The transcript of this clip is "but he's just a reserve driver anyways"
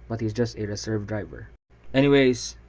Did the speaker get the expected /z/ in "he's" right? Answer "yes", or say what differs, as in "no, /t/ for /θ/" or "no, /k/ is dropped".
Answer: yes